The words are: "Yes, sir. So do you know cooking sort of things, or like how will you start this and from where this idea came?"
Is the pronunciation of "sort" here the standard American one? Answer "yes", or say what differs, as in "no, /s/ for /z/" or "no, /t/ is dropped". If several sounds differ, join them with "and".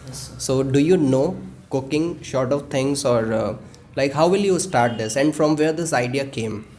no, /ʃ/ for /s/